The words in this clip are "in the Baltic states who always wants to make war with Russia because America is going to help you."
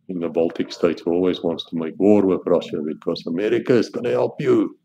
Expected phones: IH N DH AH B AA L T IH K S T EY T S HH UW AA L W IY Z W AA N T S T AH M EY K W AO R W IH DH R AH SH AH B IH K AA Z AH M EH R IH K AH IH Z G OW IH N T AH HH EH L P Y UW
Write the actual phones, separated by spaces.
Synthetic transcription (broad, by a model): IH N DH AH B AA L T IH K S T EY T S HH AA L W IY Z W AA N T S T AH M EY K W AO R W IH DH R AH SH AH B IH K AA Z AH M EH R IH K AH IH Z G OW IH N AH HH EH L P Y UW